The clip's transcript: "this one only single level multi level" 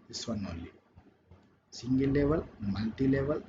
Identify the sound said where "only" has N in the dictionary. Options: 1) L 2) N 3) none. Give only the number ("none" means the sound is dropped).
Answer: 3